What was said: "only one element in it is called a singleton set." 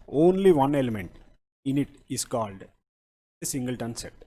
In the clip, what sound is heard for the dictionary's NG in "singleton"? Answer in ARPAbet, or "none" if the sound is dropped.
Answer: NG